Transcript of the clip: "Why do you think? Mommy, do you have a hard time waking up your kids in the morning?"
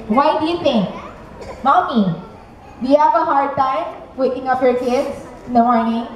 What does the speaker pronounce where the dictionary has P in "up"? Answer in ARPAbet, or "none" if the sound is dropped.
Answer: F